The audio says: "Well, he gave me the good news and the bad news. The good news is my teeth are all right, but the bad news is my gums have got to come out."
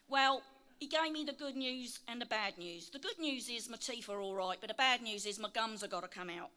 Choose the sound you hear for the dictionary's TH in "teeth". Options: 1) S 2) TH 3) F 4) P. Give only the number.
3